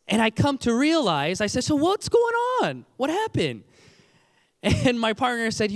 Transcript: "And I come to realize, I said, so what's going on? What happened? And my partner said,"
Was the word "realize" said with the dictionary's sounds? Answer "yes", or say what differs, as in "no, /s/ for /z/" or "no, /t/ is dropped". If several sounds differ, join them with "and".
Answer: yes